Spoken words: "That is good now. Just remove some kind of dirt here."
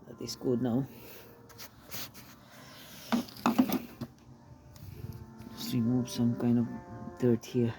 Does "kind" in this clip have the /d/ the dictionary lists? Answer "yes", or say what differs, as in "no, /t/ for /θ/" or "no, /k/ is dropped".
yes